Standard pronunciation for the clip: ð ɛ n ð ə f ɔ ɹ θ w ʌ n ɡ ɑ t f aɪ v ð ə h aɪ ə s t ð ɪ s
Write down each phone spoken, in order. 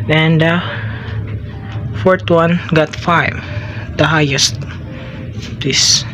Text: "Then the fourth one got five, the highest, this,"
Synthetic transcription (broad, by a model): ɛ n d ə f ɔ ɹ t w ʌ n ɡ ɑ t f aɪ v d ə h aɪ ə s t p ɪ s